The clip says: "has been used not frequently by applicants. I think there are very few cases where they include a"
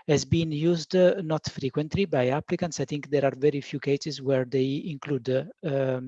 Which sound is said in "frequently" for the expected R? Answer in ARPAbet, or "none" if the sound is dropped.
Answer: R